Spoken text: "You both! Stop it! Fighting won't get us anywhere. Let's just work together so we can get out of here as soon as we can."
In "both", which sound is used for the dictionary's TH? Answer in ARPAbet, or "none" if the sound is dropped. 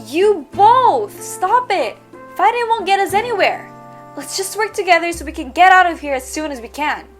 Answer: TH